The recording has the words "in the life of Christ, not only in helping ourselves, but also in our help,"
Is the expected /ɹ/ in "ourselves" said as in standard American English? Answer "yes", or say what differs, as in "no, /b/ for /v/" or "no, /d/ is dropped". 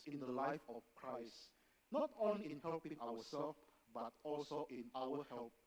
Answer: no, /w/ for /ɹ/